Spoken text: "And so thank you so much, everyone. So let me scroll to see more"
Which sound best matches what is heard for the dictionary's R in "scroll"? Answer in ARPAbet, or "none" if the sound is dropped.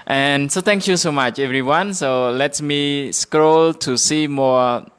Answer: R